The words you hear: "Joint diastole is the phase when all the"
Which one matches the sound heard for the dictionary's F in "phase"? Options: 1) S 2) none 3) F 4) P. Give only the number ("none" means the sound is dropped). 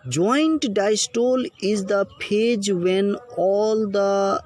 4